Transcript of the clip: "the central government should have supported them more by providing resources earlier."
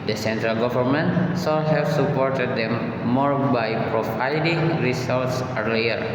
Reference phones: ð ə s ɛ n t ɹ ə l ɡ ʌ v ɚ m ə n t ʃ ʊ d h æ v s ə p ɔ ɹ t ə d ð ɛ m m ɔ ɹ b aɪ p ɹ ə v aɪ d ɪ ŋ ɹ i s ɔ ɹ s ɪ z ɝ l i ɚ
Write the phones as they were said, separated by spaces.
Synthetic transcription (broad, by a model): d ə s ɛ n t ɹ ə l ɡ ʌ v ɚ m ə n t s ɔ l h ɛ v s ə p ɔ ɹ t ə d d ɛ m m ɔ ɹ b aɪ p ɹ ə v aɪ d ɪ ŋ ɹ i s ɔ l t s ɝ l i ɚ